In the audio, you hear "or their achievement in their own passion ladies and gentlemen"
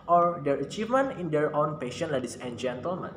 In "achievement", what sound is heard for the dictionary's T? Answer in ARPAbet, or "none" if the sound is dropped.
none